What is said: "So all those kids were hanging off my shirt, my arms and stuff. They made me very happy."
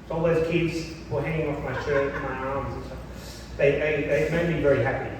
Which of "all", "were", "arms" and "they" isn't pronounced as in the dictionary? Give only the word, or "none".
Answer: none